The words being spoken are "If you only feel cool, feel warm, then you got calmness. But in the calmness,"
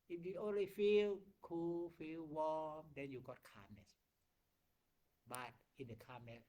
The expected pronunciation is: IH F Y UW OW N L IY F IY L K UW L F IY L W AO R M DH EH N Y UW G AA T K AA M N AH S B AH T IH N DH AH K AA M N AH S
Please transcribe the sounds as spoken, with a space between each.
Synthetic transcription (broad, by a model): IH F Y UW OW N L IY F IY L K UW L F IY L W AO M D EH N Y UW G AA T K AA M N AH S B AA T IH N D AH K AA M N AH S